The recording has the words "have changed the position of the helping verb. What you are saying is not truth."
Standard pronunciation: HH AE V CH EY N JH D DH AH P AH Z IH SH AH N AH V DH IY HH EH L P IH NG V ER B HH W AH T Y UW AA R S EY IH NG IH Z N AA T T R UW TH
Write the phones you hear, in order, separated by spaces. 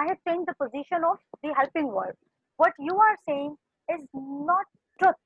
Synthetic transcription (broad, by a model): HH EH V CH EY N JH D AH P AH Z IH SH AH N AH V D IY HH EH L P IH NG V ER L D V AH T Y UW AA R S EY IH NG IH Z N AA T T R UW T